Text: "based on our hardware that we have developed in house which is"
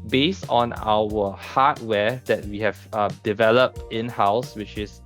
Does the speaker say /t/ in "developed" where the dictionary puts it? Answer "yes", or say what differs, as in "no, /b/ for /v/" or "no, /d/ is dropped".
yes